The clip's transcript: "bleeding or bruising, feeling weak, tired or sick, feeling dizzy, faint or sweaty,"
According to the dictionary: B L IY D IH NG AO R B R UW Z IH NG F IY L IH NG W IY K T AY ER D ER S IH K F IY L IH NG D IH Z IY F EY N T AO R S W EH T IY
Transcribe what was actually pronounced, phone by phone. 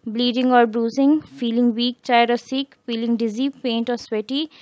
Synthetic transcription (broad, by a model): B L IY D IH NG AO R B R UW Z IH NG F IY L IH NG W IY K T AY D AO S IH K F IY L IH NG D IH Z IY P EY N T AO R S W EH T IY